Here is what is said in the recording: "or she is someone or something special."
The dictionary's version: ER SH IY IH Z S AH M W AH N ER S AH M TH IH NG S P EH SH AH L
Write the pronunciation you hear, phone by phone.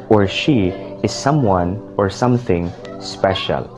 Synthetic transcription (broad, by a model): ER SH IY IH Z S AH M W AH N ER S AH M TH IH NG S P EH SH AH L